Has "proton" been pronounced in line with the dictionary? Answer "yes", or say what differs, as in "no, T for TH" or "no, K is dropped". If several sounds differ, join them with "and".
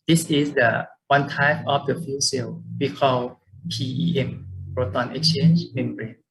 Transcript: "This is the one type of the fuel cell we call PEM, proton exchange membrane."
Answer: no, B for P